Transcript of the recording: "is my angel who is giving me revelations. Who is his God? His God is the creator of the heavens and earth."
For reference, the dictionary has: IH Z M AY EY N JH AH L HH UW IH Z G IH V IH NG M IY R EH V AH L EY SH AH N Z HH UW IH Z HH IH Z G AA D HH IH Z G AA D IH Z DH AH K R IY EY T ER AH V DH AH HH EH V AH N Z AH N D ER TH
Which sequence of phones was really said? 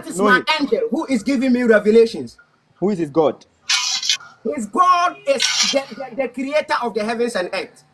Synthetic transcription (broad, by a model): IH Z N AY EY N JH AH L HH UW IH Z G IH V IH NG M IY R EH V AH L EY SH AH N S HH UW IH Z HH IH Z G AA D HH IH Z G AA D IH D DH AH K R IY EY T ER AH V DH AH HH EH V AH N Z AH N D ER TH